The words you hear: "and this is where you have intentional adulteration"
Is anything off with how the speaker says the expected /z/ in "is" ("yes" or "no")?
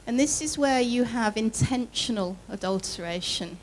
no